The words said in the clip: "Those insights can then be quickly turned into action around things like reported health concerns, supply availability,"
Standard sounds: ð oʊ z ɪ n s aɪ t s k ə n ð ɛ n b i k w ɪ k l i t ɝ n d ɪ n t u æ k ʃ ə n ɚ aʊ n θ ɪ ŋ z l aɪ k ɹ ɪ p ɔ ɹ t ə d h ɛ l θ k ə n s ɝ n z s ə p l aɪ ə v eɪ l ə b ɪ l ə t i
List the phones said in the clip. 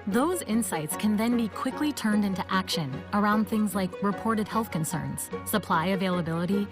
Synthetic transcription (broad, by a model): ð oʊ z ɪ n s aɪ t s k ə n ð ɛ n b i k w ɪ k l i t ɝ n d ɪ n t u æ k ʃ ə n ɚ aʊ n θ ɪ ŋ z l aɪ k ɹ ɪ p ɔ ɹ t ə d h ɛ l θ k ə n s ɝ n z s ə p l aɪ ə v eɪ l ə b ɪ l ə t i